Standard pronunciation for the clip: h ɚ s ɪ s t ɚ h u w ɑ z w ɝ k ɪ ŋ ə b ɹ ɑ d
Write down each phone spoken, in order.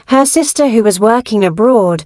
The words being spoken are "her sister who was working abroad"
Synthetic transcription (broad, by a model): h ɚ s ɪ s t ɚ h u w ɑ z w ɝ k ɪ ŋ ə b ɹ ɑ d